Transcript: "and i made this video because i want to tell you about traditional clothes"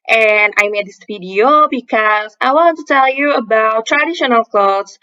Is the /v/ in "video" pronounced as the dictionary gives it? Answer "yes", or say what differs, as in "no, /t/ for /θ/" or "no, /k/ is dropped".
no, /p/ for /v/